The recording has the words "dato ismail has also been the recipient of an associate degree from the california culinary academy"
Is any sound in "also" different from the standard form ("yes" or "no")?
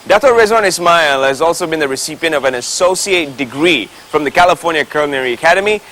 no